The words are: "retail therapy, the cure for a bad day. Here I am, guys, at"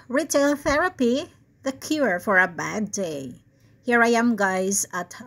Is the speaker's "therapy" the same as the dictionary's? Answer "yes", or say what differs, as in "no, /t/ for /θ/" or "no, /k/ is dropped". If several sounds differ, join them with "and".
yes